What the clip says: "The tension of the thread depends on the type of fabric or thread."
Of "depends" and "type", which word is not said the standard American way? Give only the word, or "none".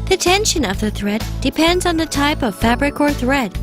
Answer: none